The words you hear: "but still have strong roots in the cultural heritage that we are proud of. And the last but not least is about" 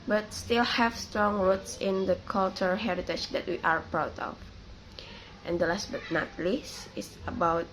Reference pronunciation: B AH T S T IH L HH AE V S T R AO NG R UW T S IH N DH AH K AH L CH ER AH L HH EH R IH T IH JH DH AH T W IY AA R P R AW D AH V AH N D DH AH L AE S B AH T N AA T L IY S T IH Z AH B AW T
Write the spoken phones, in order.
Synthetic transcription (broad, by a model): B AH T S T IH L HH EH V S T R AO NG R UW T S IH N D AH K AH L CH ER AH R HH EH R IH T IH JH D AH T W IY AA R P R AW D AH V AH N D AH L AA S B AH T N AA T L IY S IH S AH B AW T